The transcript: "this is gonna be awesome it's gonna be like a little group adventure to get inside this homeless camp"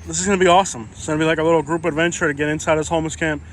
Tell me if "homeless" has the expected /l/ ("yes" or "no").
no